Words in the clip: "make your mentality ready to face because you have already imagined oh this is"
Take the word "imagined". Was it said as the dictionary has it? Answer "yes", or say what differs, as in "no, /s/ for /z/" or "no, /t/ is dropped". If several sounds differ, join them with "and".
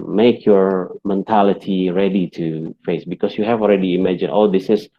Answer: no, /d/ is dropped